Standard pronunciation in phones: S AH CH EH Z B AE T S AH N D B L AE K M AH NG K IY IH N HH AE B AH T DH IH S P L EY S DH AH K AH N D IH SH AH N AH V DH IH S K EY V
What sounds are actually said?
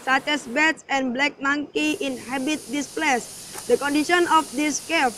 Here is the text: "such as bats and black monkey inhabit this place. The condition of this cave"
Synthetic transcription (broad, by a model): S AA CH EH S B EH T S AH N B L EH K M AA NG K IY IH N HH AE B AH T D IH S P L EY S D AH K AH N D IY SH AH N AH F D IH S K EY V